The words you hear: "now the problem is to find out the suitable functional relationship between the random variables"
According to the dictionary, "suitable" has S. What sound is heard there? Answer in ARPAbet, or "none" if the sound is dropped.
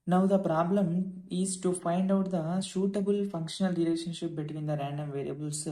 SH